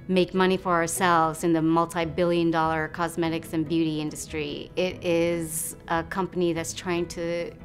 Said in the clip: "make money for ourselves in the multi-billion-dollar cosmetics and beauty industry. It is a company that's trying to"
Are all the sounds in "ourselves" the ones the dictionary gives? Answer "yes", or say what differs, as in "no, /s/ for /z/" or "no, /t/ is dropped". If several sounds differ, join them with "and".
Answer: yes